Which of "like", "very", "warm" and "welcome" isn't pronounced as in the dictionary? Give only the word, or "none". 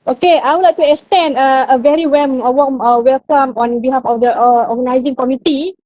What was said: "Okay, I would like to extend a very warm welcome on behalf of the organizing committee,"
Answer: warm